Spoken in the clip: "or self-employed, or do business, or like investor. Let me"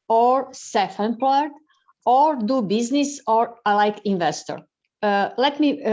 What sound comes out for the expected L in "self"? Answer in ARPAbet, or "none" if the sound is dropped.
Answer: none